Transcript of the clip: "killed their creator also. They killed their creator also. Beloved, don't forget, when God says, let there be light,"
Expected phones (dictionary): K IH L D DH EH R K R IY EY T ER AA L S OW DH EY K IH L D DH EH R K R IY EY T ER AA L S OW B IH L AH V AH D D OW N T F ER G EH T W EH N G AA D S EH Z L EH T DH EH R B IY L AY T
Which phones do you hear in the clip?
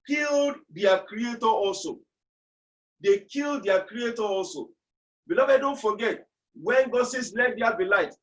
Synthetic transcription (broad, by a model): K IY L D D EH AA K R IY EY T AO AA L S OW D EY K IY L D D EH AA K R IY EY T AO AA L S OW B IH L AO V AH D D OW N T F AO G EH T W EH N G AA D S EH S L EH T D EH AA B IY L AY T